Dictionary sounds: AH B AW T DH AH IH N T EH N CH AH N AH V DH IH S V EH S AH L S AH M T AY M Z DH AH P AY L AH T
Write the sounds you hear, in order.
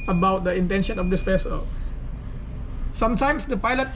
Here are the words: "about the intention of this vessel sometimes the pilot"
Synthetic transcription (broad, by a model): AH B AW T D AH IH N T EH N SH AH N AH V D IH S F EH S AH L S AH M T AY M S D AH P AY L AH T